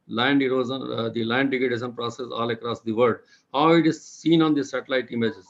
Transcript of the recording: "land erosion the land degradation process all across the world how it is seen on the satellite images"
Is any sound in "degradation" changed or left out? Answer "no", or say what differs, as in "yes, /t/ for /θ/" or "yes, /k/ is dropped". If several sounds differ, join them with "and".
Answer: yes, /ɹ/ is dropped